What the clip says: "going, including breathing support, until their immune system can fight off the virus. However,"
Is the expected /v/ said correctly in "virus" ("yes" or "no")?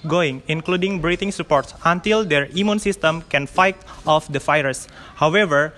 no